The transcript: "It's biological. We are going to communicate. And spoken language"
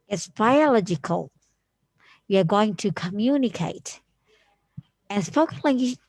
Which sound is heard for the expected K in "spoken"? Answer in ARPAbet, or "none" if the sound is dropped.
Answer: none